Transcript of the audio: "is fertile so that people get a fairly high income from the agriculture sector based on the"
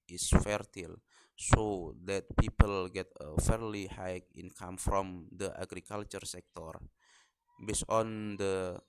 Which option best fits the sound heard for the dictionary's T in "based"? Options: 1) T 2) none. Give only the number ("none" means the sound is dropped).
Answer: 2